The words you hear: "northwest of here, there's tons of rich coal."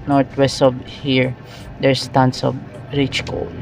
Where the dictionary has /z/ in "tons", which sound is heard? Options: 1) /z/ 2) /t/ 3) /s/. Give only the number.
3